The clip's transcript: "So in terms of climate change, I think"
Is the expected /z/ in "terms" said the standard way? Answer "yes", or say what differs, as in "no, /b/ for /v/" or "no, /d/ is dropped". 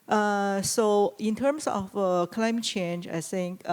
no, /s/ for /z/